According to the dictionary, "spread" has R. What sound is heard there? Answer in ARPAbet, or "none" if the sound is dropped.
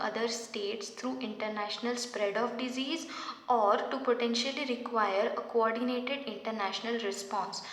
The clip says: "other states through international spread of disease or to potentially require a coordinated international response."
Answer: R